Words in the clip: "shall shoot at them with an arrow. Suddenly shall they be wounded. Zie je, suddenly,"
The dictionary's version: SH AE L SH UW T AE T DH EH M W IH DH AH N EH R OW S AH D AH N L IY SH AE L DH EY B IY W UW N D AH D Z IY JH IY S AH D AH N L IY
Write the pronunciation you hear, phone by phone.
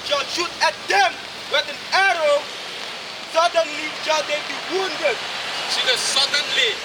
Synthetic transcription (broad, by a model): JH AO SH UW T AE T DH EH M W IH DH AH N EH R OW S AH D AH N L IY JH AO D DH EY B IY W UW N D AH D S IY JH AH S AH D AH N L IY